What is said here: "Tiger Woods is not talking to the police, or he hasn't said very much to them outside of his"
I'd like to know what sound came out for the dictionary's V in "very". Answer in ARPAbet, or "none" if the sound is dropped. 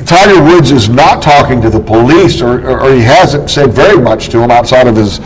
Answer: V